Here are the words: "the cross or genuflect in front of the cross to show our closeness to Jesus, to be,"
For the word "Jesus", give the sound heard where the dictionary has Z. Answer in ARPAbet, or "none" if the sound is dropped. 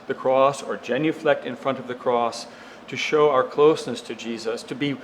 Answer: Z